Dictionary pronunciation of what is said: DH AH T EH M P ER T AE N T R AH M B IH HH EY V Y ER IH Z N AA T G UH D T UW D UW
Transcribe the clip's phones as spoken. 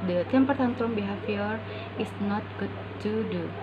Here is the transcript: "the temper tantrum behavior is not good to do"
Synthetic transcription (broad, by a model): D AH T EH M P ER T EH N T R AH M B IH HH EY F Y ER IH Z N AA T G UH D T UW D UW